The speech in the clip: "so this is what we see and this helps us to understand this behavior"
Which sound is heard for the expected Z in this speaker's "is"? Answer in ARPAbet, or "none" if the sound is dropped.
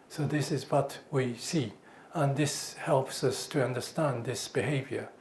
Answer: Z